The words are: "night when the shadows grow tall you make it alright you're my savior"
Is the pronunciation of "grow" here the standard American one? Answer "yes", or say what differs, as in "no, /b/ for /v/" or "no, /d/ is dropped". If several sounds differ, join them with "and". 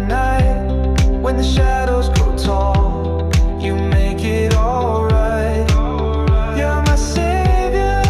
no, /ɹ/ is dropped